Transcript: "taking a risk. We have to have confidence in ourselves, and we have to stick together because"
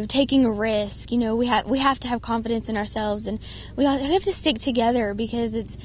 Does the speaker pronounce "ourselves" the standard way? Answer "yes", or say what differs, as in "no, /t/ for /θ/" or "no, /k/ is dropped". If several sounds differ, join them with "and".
yes